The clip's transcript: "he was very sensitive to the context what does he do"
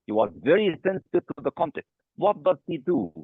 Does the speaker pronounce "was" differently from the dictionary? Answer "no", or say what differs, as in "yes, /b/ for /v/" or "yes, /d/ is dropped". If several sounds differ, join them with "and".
no